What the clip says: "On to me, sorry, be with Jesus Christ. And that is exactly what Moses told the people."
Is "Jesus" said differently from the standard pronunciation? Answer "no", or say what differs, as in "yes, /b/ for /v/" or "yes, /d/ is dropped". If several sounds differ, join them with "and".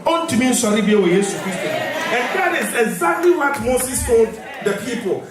yes, /s/ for /z/ and /s/ is dropped